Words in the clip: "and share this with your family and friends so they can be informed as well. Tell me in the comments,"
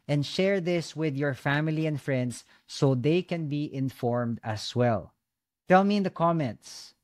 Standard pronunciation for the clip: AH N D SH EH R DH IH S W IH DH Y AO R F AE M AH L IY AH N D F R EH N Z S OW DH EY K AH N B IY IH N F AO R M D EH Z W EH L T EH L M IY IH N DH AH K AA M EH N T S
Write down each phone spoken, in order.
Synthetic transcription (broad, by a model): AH N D SH EH R DH IH S W IH DH Y AO R F AE M AH L IY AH N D F R EH N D S OW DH EY K AH N B IY IH N F AO R M D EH S W EH L T EH L M IY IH N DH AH K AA M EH N T S